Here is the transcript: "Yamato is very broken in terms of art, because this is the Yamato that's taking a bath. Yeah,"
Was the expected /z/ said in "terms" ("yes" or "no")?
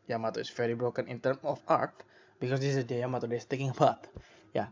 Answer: no